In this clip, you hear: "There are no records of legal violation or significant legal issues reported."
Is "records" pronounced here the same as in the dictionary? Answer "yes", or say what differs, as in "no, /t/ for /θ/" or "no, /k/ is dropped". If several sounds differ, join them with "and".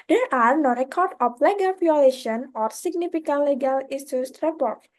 no, /z/ is dropped